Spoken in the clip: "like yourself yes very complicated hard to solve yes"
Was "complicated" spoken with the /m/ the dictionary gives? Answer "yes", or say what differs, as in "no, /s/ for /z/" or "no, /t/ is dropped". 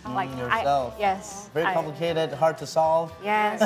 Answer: no, /m/ is dropped